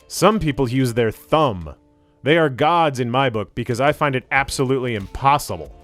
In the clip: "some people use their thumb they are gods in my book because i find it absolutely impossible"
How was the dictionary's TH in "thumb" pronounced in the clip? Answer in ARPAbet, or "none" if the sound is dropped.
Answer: TH